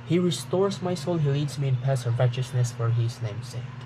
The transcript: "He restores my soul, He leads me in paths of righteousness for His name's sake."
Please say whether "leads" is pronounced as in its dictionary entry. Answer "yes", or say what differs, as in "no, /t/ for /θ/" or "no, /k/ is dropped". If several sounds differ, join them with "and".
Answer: yes